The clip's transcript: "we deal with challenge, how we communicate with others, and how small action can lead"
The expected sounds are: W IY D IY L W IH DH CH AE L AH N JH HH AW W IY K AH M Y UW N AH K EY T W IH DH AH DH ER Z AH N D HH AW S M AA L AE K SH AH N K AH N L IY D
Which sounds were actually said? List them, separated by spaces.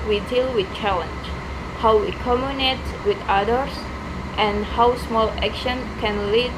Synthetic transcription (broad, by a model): W IY D IY L W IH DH CH AE L AH N JH HH AW W IY K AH M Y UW N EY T W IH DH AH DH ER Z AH N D HH AW S M AA L AE K SH AH N K AH N L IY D